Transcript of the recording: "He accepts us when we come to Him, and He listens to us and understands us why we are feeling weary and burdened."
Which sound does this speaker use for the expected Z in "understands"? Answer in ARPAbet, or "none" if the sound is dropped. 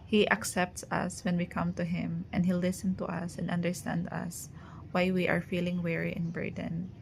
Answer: none